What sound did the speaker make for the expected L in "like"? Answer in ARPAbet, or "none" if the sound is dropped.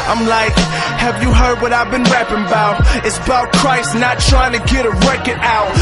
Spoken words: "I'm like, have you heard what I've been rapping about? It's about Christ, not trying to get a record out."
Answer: L